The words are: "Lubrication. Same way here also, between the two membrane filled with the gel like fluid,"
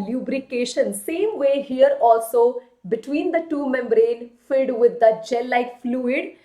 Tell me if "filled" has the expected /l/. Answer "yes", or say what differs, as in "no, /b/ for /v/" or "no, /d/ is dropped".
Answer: no, /l/ is dropped